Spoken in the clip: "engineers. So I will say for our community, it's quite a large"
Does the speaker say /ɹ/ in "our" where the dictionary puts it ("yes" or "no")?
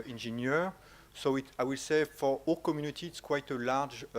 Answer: no